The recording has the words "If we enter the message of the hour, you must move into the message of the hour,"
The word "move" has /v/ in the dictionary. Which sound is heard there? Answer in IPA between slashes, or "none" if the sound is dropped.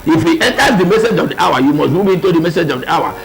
/b/